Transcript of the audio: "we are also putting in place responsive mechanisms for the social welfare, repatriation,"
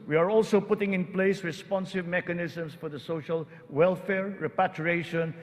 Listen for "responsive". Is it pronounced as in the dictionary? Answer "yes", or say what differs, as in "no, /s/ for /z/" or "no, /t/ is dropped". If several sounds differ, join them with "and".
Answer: yes